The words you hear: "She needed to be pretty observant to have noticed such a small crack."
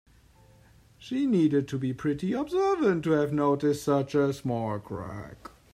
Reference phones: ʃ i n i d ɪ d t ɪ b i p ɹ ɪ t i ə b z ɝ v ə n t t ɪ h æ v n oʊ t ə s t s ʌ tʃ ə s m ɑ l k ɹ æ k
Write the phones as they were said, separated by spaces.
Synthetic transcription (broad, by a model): ʃ i n i d ɪ d t ɪ b i p ɹ ɪ t i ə b z ɝ v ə n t t ɪ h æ v n oʊ t ə s t s ʌ tʃ ə s m ɑ l k ɹ æ k